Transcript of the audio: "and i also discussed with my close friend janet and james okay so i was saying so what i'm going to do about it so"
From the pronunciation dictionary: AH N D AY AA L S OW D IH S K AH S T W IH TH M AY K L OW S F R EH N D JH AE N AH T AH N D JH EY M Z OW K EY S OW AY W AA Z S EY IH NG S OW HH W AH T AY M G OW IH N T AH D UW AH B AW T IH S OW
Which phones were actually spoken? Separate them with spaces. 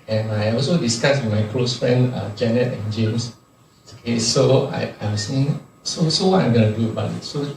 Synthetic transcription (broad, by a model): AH N AY AA L S OW D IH S K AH S W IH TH M AY K L OW S F R EH N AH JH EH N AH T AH N JH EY M S OW K EY S OW AY AA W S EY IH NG S OW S W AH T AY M G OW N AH D UW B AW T S OW